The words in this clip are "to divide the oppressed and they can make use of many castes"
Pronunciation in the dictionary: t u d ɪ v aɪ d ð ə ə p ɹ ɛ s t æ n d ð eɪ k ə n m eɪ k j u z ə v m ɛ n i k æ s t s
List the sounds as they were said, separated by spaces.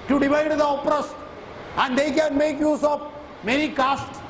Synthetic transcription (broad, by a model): t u d ɪ v aɪ d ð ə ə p ɹ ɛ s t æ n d eɪ k ə n m eɪ k j u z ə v m ɛ n i k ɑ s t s